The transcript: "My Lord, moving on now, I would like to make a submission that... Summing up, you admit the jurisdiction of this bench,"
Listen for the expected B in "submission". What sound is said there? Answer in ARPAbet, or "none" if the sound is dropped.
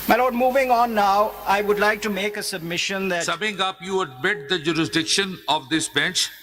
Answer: B